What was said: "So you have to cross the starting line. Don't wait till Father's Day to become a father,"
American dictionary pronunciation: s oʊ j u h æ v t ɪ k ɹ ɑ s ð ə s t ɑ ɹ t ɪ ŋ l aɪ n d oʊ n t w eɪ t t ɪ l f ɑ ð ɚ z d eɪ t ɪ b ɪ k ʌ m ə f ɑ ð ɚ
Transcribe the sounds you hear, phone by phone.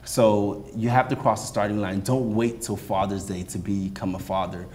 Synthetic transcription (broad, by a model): s oʊ j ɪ h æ f t ɪ k ɹ ɑ s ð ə s t ɑ ɹ t ɪ ŋ l aɪ n d oʊ n t w eɪ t t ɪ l f ɑ ð ɚ z d eɪ t ɪ b ɪ k ʌ m ə f ɑ ð ɚ